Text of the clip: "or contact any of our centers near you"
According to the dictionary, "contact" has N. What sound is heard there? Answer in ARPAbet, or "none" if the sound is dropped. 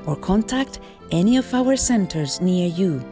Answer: N